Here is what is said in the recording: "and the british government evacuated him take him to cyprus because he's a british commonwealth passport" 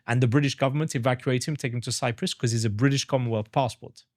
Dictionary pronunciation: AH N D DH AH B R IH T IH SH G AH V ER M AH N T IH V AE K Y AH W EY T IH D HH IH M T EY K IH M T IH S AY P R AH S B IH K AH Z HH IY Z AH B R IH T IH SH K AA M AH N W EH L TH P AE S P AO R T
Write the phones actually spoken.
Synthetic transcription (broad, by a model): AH N DH AH B R IH T IH SH G AH V ER M AH N T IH V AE K Y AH EY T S HH IH M T EY K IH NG T IH S AY P R AH S K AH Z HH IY Z AH B R IH T IH SH K AA M AH N W EH L TH P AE S P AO R T